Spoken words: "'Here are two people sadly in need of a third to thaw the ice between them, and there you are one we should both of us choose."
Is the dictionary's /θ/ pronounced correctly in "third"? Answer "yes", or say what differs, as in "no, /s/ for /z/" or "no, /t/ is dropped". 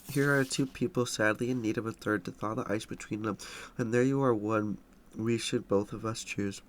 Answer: yes